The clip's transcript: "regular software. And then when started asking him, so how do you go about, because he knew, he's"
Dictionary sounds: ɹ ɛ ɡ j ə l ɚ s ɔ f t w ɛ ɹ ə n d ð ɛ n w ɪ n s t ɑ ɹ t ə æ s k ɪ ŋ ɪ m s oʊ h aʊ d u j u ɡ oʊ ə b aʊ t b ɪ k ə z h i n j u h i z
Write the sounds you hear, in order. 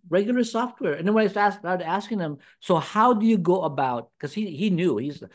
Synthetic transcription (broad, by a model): ɹ ɛ ɡ j l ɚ s ɔ f t w ɛ ɹ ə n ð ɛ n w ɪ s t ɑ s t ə æ s k ɪ ŋ ɪ m s oʊ h aʊ d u j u ɡ oʊ ə b aʊ t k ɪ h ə h i n j u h i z